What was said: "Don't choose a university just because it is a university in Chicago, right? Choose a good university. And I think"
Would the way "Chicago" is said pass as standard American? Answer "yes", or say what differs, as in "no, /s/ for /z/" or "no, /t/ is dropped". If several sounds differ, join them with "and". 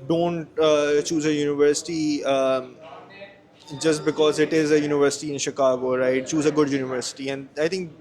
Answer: yes